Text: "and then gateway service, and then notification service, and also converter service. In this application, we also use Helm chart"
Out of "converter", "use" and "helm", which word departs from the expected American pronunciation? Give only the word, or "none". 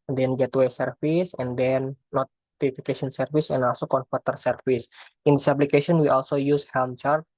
converter